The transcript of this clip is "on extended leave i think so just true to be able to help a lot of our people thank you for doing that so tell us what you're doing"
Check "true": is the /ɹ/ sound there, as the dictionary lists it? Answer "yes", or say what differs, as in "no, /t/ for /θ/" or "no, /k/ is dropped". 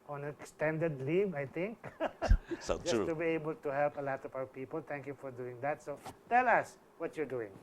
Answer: no, /ɹ/ is dropped